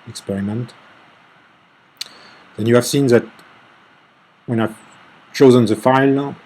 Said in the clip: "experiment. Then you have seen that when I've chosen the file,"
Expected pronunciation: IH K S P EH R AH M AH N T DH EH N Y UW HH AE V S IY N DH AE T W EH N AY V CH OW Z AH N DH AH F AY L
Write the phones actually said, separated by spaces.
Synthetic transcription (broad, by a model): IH K S P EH R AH M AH N T DH EH N Y UW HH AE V S IY N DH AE T W EH N AY V CH OW Z AH N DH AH F AY L